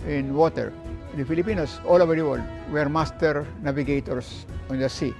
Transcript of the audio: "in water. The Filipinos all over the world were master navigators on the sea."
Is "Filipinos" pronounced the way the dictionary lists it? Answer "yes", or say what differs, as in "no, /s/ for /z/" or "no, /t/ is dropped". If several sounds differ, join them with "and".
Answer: no, /s/ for /z/